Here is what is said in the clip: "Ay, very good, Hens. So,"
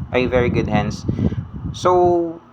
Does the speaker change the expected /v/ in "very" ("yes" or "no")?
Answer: no